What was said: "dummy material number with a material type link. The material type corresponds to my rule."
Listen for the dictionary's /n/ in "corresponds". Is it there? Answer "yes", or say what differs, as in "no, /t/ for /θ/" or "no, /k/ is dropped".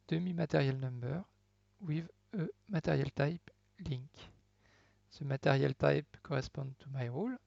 no, /n/ is dropped